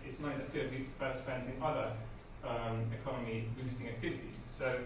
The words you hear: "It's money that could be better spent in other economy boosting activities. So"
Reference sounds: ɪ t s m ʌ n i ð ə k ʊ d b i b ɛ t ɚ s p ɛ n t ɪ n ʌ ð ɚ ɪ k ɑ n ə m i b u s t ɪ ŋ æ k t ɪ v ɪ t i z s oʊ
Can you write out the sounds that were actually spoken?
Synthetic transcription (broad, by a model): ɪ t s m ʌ i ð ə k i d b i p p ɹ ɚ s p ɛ n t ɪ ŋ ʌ ð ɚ ɪ k ɑ n ə m i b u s t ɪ ŋ æ k t ɪ v ɪ t i z s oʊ